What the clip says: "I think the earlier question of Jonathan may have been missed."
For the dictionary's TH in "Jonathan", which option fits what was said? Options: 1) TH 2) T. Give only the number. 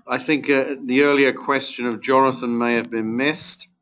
1